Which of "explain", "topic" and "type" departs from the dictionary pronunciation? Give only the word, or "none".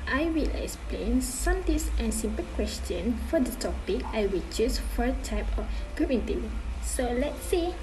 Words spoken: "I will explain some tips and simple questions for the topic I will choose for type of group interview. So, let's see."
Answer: none